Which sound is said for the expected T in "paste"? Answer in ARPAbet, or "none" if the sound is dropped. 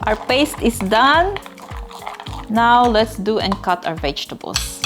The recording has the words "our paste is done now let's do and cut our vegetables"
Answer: T